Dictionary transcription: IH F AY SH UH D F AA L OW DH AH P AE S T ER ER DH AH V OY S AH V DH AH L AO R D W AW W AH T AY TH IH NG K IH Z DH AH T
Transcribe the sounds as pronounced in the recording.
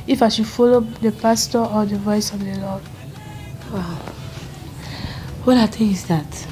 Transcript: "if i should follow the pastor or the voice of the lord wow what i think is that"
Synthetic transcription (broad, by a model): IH F AY SH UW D F AA L OW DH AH P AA S T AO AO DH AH V OY S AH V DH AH L AO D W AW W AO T AY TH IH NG IH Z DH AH T